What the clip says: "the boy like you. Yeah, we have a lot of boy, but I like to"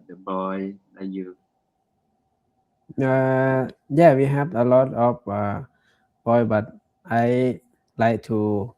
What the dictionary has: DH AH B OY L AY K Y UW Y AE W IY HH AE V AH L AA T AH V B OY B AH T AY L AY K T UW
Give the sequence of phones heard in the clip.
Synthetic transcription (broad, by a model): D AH B OY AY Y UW Y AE W IY HH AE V AH L AA T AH F B OY B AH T AY L AY K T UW